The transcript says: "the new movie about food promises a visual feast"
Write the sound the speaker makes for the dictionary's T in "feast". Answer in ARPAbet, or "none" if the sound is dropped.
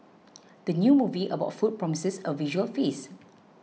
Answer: none